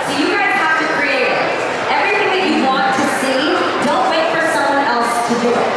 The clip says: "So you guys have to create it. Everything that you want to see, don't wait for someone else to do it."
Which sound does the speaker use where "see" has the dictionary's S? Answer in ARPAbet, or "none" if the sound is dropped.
S